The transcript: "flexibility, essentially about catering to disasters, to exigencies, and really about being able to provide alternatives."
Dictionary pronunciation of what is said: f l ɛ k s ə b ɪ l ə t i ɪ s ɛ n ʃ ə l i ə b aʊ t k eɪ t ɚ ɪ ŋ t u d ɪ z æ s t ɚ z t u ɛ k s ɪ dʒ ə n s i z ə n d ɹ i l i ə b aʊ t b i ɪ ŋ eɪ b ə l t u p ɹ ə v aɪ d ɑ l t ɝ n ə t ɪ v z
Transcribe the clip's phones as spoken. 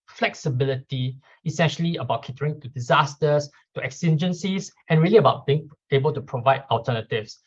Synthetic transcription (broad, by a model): f l ɛ k s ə b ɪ l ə t i ɪ s ɛ n ʃ ə l i ə b aʊ t k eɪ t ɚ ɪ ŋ t u d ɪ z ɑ s t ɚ s t u ɛ k s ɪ dʒ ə n s i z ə n ɹ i l i ə b aʊ t b i ɪ ŋ eɪ b ə l t u p ɹ ə v aɪ d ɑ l t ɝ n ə t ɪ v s